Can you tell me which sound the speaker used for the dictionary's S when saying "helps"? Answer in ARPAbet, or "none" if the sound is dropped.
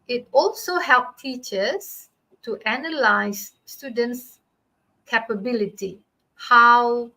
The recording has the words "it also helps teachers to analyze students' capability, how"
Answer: none